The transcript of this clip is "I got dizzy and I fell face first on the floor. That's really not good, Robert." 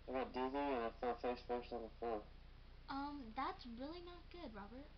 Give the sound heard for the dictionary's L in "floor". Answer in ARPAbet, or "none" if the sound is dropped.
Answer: none